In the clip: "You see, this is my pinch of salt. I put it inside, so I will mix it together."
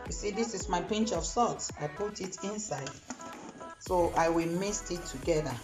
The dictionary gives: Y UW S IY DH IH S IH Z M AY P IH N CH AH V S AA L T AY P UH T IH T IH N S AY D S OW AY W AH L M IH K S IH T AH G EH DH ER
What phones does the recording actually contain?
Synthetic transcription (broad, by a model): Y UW S IY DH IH S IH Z M AY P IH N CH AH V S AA T AY P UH T IH T IH N S AY D S OW AY W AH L M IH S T IH T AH G EH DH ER